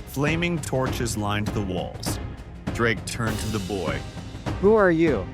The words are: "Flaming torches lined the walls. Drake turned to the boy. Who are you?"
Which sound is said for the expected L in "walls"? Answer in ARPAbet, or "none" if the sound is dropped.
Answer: L